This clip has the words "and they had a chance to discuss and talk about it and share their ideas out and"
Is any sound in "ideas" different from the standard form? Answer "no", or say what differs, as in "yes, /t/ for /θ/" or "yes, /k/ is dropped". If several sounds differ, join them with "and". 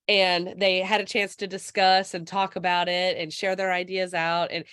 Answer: no